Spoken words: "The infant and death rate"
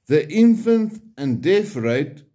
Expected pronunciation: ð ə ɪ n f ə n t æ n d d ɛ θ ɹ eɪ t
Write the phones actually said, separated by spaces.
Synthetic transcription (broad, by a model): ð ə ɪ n f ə n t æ n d d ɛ f ɹ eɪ t